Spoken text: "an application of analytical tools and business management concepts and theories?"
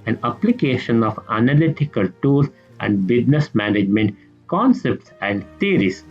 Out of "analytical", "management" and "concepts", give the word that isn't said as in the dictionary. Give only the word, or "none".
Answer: none